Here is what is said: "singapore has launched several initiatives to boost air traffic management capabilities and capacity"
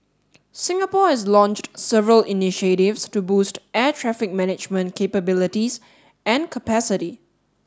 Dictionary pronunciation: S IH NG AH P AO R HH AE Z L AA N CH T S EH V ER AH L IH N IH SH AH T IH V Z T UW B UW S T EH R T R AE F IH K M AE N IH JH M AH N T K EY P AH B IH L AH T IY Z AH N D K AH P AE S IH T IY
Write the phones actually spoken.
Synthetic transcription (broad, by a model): S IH NG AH P AO HH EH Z L AA N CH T S EH V ER AH L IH N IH SH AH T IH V S T UW B UW S T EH T R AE F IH K M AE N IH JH M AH N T K EY P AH B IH L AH T IY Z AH N K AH P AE S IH T IY